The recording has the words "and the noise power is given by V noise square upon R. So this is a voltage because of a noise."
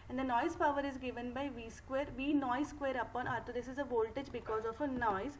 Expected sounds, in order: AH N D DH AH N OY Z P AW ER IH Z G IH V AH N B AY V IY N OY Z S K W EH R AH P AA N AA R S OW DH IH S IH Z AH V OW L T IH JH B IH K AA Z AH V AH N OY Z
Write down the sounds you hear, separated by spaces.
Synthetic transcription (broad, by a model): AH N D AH N OY Z P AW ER IH Z G IH V AH N B AY V IY N OY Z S K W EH R AH P AA N AA R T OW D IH S IH Z AH V OW L T IH JH B IH K AA Z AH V AH N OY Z